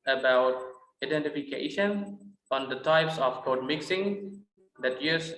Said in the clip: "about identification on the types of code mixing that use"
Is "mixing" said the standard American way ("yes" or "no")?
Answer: yes